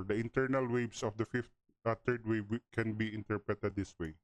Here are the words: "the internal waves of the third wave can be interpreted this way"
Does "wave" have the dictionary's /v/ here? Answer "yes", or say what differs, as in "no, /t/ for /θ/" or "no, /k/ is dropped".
no, /b/ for /v/